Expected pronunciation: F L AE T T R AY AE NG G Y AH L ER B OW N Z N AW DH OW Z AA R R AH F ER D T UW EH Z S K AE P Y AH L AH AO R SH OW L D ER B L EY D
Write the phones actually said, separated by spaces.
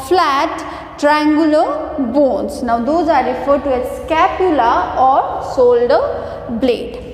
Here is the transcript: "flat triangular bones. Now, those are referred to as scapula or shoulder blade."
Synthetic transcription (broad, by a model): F L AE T T R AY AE NG G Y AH L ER B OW N S N AW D OW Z AA R R AH F ER D T UW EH S K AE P Y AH L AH AO R S OW L D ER B L EY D